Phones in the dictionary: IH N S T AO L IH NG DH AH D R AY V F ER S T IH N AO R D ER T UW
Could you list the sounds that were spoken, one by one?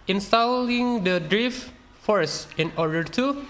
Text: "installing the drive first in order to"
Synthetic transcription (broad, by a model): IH N S T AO L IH NG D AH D R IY F F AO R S IH N AO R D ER T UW